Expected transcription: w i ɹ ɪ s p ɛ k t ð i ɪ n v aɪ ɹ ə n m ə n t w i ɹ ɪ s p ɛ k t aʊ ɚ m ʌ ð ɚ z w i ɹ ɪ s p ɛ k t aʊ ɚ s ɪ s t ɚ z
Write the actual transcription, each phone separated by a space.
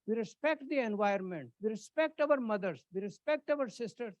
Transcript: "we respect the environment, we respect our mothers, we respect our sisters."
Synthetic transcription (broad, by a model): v i ɹ ɪ s p ɛ k t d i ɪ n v aɪ ə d m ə n t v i ɹ ɪ s p ɛ k t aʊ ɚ m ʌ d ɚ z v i ɹ ɪ s p ɛ k t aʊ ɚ s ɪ s t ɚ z